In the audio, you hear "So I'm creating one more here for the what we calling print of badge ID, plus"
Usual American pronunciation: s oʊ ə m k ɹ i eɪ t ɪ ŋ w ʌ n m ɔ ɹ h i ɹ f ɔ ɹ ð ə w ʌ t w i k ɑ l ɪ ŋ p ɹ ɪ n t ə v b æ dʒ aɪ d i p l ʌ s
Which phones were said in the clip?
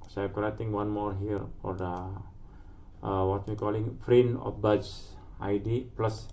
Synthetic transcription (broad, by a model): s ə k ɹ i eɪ t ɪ ŋ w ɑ n m ɔ ɹ h i ɹ f ɔ ɹ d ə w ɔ t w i k ɑ l ɪ ŋ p ɹ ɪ n ə f b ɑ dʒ aɪ d i p l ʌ s